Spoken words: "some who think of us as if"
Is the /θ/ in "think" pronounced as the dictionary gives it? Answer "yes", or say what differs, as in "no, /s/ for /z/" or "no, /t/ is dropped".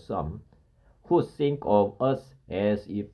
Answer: no, /s/ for /θ/